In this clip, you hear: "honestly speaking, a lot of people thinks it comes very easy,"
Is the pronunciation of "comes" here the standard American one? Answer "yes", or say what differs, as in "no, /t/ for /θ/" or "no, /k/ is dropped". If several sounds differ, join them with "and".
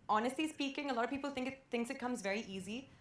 yes